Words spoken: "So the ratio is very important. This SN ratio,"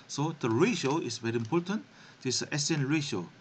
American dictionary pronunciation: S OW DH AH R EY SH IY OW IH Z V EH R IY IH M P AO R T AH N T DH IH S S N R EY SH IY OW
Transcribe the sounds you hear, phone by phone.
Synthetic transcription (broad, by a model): S OW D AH R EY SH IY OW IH S V EH R IY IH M P AO T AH N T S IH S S N R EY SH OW